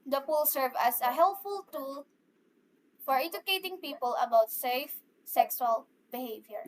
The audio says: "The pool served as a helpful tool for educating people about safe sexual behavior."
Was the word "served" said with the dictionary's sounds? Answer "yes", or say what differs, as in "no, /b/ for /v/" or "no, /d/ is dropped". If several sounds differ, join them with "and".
no, /d/ is dropped